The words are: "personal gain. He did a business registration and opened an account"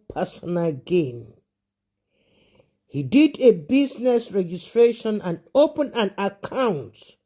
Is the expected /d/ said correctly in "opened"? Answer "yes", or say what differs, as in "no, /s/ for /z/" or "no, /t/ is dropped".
no, /d/ is dropped